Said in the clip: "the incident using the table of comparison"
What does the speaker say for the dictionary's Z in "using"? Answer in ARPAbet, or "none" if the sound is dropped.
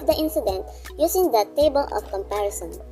S